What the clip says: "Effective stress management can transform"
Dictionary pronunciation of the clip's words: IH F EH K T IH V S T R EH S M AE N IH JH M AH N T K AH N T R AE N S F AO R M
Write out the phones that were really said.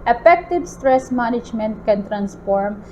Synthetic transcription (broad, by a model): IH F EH K T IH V S T R EH S M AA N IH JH M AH N T K AH N T R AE N S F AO R M